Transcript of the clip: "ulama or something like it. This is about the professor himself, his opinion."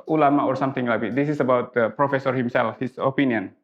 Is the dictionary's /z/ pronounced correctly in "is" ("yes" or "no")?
no